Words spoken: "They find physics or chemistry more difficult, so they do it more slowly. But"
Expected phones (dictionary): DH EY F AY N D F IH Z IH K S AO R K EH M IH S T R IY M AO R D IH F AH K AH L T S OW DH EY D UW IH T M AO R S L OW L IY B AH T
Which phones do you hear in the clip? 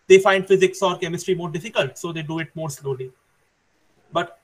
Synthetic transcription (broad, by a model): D EY F AY N D F IH Z IH K S AO R K EH M IH S T R IY M AO R D IH F AH K AH L T S OW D EY D UW IH T M AO R S L OW L IY B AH T